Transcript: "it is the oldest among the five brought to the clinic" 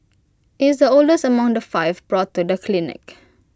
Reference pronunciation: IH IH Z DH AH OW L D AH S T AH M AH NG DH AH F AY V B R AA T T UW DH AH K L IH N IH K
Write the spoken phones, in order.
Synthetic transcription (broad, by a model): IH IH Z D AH OW L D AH S AH M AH NG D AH F AY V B R AA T T UW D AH K L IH N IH K